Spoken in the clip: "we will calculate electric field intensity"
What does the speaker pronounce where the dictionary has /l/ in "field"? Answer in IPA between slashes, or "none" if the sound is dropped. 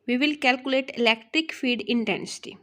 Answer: none